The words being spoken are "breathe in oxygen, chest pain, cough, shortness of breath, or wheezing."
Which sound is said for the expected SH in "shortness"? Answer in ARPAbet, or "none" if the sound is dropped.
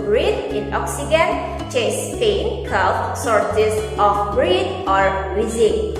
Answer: S